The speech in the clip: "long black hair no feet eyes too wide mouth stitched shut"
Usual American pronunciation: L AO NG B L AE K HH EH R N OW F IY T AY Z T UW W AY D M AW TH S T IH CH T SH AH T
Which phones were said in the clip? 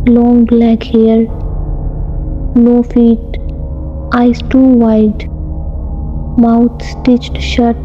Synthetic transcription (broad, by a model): L AO NG B L AE K HH EH R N OW F IY T AY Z T UW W AY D M AW T S T IH CH T SH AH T